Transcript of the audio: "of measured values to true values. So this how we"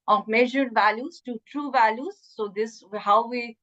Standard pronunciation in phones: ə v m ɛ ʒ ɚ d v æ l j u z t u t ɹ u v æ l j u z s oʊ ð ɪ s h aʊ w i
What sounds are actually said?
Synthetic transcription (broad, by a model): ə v m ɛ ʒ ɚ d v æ l j u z t u t ɹ u v æ l j u z s oʊ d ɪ s h aʊ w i